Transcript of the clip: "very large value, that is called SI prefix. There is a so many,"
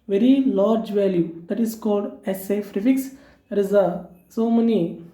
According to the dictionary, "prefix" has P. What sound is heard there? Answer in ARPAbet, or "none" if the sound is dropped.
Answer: F